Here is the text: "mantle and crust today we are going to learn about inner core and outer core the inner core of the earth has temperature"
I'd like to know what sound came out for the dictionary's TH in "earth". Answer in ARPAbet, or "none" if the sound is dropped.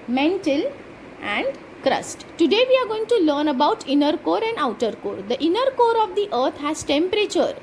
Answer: T